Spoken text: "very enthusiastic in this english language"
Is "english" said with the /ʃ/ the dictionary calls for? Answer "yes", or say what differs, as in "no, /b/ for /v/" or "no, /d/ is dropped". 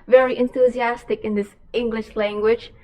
yes